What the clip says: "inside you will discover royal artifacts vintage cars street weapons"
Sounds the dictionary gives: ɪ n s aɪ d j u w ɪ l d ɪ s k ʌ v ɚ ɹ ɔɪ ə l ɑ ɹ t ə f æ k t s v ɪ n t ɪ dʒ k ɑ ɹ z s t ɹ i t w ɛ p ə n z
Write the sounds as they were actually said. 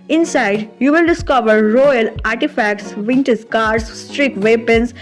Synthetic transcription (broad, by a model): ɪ n s aɪ d j u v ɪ l d ɪ s k ʌ v ɚ ɹ ɔɪ ə l ɑ ɹ t ə f æ k t s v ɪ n t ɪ z k ɑ ɹ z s t ɹ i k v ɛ p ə n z